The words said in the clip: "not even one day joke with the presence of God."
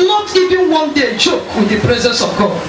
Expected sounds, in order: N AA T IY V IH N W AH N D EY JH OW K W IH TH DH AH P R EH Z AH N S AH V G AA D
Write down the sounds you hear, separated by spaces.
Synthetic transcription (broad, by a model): N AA T IY V IH N W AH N D EY CH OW K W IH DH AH P R EH Z AH N S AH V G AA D